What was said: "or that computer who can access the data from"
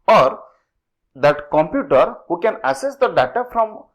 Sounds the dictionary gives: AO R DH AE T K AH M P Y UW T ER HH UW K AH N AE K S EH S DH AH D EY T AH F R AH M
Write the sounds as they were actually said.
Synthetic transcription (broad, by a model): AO R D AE T K AH M P Y UW T ER HH UW K AH N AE S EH S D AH D EY T AH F R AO M